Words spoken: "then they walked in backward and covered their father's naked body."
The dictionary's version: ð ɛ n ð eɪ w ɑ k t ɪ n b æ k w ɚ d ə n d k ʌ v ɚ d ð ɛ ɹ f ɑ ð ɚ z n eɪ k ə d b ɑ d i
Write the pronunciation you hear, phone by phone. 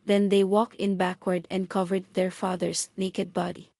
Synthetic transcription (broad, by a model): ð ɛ n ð eɪ w ɑ k t ɪ n b æ k w ɚ d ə n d k ʌ v ɚ d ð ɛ ɹ f ɑ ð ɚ s n eɪ k ə d b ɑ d i